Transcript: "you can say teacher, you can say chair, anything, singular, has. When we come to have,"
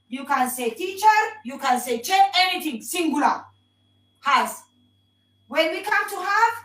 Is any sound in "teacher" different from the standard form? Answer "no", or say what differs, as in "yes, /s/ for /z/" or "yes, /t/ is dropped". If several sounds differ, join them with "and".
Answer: no